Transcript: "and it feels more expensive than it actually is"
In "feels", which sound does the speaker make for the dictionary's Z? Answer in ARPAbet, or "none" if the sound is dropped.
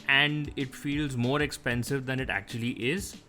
Z